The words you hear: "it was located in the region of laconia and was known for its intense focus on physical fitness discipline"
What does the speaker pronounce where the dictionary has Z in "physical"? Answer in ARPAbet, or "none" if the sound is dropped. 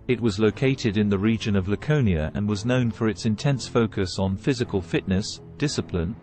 Z